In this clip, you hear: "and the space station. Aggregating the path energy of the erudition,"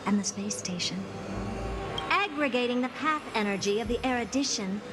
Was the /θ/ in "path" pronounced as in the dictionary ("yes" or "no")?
yes